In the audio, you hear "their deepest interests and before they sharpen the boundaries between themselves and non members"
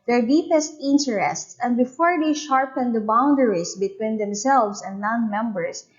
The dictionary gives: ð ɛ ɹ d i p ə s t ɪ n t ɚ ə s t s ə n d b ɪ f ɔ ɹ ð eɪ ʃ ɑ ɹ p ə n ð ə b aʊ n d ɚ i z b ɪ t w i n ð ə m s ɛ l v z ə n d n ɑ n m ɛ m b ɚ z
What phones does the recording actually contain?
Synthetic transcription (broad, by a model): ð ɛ ɹ d i p ə s t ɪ n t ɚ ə s t s ə n d b ɪ f ɔ ɹ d eɪ ʃ ɑ ɹ p ə n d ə b aʊ n d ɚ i s b ɪ t w i n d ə m s ɛ l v s ə n d n ɑ n m ɛ m b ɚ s